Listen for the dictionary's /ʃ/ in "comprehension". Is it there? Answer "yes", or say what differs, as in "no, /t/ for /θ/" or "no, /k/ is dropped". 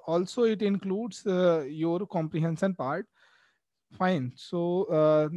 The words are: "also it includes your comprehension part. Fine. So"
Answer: no, /s/ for /ʃ/